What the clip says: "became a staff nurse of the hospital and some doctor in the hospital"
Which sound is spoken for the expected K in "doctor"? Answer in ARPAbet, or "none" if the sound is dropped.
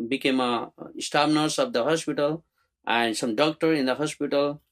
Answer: K